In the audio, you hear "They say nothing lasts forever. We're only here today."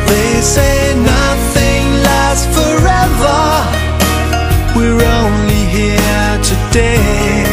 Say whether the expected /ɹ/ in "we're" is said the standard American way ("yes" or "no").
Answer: yes